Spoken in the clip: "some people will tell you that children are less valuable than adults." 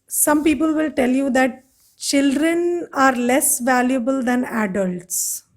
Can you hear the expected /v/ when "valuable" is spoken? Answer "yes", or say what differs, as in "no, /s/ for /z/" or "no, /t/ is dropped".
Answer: yes